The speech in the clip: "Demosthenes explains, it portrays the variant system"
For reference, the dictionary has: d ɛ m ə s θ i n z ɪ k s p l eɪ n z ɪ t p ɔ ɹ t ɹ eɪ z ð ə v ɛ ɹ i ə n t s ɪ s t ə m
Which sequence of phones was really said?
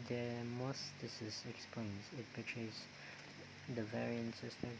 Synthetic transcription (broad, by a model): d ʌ m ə s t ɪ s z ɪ k s p l eɪ n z ɪ t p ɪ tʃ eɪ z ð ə v ɛ ɹ i ə n t s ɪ s t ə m